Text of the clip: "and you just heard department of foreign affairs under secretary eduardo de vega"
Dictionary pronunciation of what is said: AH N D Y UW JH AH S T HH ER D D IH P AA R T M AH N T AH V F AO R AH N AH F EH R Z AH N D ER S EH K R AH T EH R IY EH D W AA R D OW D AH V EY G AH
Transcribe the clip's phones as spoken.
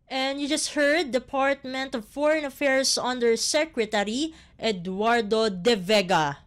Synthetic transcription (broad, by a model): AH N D Y UW JH AH S T HH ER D D IH P AA R T M AH N T AH V F AO R AH N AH F EH R S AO N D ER S EH K R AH T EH R IY EH D W AA R D OW D AH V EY G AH